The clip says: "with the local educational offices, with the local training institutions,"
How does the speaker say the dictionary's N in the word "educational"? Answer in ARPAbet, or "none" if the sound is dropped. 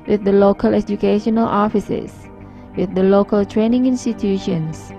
N